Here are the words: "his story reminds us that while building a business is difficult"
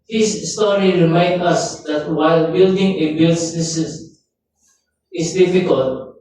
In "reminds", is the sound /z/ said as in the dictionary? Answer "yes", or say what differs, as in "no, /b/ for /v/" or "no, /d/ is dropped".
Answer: no, /z/ is dropped